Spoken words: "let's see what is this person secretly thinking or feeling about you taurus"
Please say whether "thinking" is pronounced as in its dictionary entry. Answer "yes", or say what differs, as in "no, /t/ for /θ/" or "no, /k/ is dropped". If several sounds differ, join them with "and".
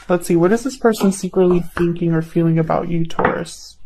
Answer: yes